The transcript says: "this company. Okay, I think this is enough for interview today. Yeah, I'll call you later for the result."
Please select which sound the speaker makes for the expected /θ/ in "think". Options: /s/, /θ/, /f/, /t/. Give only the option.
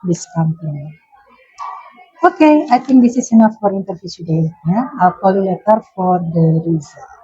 /t/